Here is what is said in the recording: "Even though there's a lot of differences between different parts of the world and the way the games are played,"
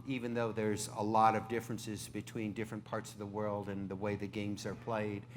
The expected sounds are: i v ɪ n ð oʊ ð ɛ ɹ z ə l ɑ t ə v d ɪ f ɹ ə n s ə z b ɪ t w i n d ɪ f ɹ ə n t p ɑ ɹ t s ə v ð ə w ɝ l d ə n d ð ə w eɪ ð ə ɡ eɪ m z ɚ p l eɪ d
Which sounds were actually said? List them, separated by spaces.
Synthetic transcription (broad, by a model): i v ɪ n ð oʊ ð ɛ ɹ z ə l ɑ t ə v d ɪ f ɹ ə n s ə z b ɪ t w i n d ɪ f ɹ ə n p ɑ ɹ t s ə v ð ə w ɝ l d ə n ð ə w eɪ ð ə ɡ eɪ m z ɚ p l eɪ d